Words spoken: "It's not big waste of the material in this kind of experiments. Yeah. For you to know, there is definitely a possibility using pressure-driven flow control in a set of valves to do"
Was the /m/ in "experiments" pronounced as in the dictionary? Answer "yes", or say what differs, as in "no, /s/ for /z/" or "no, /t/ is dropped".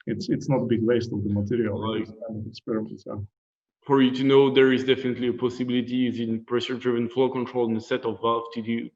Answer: no, /m/ is dropped